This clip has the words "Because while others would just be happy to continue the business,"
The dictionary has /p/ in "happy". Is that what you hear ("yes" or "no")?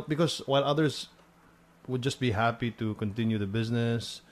yes